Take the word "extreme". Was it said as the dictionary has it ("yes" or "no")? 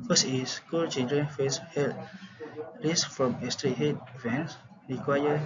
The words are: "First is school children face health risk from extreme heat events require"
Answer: no